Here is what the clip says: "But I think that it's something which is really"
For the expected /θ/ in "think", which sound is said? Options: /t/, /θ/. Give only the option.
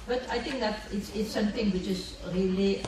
/t/